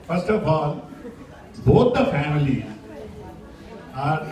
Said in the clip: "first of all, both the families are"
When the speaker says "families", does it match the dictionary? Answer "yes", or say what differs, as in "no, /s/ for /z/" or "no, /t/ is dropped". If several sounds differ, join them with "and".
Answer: no, /z/ is dropped